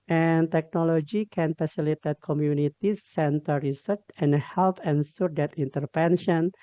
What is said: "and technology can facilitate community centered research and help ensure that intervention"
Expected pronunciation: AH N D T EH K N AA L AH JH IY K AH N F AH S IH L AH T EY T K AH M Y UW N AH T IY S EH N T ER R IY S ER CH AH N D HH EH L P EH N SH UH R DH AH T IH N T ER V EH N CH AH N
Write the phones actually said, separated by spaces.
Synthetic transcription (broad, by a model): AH N T EH K N AA L AH JH IY K AH N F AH S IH L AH T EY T K AH M Y UW N AH T IY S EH N T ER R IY S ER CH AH N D HH EH L P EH N S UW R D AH T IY N T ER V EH N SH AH N